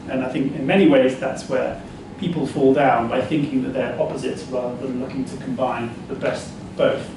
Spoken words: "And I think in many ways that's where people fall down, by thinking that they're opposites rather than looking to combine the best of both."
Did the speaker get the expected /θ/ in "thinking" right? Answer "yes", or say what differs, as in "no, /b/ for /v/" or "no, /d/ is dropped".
yes